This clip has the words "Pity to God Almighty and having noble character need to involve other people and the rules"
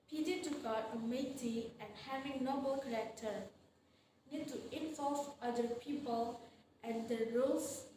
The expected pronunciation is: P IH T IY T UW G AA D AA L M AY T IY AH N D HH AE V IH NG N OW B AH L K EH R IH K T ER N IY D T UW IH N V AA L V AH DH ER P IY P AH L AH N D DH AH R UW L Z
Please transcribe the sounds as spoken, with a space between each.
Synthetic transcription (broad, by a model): P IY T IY T UW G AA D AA M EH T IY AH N HH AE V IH NG N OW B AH L K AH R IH K T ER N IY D T UW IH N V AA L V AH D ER P IY P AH L AH N D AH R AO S